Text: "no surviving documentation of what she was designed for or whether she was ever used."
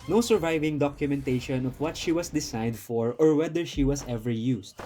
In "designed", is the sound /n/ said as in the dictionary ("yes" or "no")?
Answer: no